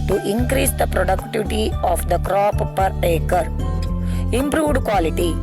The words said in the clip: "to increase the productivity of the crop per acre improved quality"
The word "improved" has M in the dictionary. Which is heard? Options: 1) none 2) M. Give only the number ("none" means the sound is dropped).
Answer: 2